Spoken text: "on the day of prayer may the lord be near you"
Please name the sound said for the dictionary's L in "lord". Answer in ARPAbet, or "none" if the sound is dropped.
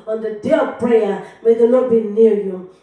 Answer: N